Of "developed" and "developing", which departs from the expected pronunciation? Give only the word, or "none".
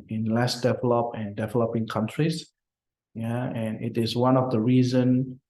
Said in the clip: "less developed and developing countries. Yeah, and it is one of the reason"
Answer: developed